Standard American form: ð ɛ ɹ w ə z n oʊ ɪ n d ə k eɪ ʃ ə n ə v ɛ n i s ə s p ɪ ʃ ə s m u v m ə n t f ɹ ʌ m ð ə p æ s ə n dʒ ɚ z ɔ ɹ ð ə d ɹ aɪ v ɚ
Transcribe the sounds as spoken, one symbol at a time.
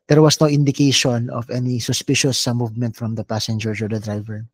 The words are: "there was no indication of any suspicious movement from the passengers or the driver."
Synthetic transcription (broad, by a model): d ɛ ɹ w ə s n oʊ ɪ n d ə k eɪ ʃ ə n ə v ɛ n i s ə s p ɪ ʃ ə s m u v m ə n t f ɹ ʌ m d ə p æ s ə n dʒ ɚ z ɔ ɹ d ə d ɹ aɪ v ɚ